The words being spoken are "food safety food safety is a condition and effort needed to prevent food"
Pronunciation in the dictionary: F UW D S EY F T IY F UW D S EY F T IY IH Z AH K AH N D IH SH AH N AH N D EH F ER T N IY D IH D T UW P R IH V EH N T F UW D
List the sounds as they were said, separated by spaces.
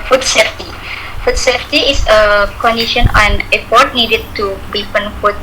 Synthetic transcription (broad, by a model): F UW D S EY F T IY F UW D S EY F T IY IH S AH K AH N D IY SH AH N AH N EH P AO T N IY D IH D T UW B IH F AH N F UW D